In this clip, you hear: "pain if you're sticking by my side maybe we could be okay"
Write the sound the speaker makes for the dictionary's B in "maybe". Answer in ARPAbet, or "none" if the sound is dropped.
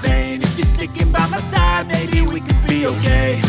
none